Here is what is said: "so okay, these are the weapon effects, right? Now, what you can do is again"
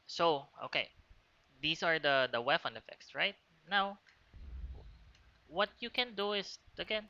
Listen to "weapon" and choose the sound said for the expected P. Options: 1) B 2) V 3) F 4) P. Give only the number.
3